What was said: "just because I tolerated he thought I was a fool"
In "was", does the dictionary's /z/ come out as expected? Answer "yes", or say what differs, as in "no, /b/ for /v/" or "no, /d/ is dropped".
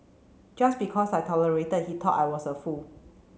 no, /s/ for /z/